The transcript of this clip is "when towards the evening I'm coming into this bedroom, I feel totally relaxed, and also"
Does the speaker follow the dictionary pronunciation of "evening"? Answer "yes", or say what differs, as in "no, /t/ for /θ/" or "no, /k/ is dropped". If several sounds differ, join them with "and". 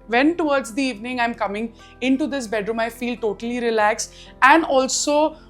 yes